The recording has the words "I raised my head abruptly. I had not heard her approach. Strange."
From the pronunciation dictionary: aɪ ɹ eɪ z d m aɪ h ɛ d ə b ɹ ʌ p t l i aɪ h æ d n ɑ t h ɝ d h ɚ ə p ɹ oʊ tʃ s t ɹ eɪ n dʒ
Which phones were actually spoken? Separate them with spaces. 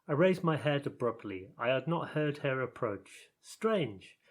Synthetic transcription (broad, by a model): aɪ ɹ eɪ z m aɪ h ɛ d ə b ɹ ʌ p t l i aɪ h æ d n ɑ t h ɝ d h ɚ ə p ɹ oʊ tʃ s t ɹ eɪ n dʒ